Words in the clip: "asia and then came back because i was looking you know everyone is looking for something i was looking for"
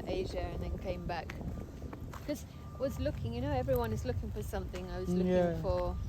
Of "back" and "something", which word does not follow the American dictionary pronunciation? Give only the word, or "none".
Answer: none